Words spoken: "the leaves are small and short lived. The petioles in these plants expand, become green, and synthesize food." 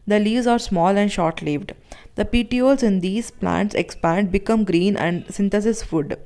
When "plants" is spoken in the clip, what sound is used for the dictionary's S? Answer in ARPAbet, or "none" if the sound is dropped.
S